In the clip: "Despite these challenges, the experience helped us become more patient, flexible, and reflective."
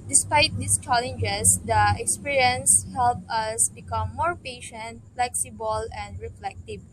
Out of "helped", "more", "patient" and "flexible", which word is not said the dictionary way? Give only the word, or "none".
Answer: helped